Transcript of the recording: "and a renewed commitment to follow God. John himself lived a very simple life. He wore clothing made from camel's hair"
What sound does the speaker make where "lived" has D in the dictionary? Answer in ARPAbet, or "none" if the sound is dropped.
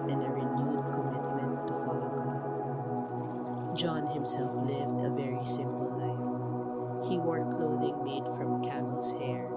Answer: D